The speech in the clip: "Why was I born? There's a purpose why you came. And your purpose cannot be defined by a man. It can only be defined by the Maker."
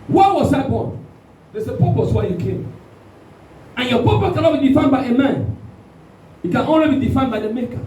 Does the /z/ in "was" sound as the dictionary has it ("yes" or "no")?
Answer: no